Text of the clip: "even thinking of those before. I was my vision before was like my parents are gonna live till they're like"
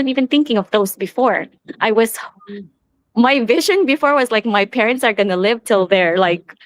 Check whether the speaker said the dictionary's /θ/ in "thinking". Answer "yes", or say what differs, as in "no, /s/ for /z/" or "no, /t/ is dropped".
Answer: yes